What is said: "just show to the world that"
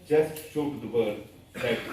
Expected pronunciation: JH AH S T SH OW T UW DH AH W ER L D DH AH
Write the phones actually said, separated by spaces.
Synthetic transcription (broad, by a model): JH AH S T SH OW T UW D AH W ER D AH